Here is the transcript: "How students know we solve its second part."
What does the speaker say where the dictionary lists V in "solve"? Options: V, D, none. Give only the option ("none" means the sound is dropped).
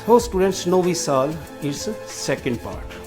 none